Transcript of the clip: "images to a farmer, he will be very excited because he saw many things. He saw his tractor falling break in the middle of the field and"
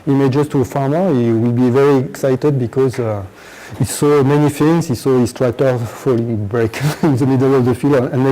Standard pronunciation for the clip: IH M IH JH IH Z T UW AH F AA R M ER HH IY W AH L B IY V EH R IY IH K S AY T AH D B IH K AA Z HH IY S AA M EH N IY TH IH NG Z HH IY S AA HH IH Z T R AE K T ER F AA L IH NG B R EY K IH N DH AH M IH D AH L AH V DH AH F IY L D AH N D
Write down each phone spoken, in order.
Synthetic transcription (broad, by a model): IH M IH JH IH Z T UW AH F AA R M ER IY W AH L B IY V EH R IY IH K S AY T AH D B IH K AA Z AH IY S AA M EH N IY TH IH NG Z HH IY S AA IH S T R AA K T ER F AA L IH NG B R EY K IH N DH AH M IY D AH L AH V DH AH F IY L D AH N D